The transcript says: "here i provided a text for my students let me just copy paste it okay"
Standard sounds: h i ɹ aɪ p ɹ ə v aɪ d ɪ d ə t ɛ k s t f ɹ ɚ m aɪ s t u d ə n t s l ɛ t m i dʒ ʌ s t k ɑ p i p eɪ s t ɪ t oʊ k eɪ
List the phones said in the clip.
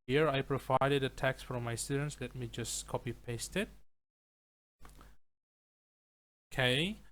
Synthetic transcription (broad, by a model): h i ɹ aɪ p ɹ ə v aɪ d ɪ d ə t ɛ k s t f ɹ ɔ m aɪ s t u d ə n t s l ɛ t m i dʒ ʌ s k ɑ p i p eɪ s t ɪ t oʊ k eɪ